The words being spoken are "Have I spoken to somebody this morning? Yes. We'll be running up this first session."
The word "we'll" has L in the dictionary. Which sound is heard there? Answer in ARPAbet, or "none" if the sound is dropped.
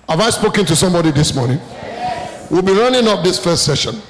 L